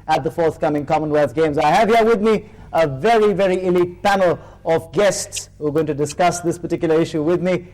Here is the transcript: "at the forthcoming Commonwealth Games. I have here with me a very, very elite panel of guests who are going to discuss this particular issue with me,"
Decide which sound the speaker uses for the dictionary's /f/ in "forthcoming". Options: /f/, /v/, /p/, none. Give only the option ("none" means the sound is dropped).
/f/